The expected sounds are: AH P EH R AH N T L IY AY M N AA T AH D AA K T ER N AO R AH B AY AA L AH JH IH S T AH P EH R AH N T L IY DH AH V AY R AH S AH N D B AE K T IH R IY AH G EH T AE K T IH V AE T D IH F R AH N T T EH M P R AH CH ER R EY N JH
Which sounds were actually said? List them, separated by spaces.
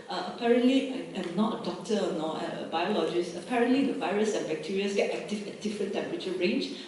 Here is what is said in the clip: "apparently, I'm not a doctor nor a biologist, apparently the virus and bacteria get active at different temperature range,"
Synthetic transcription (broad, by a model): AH P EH R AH N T L IY AY M N AA T AH D AA K T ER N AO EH AH B AY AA L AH JH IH S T AH P EH R AH N T L IY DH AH V AY R AH S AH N B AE K T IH R IY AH G EH T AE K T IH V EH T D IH F R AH N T T EH M P R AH CH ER R EY N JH